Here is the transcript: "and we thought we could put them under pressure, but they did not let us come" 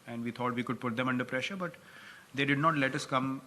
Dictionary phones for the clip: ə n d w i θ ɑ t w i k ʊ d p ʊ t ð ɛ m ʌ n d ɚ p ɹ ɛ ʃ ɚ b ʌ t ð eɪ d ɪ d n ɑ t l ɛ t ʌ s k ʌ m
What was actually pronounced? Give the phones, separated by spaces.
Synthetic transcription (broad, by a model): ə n d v i t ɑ t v i k ʊ d p ʊ t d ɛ m ʌ n d ɚ p ɹ ɛ ʃ ɚ b ʌ t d eɪ d ɪ d n ɑ t l ɛ t ʌ s k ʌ m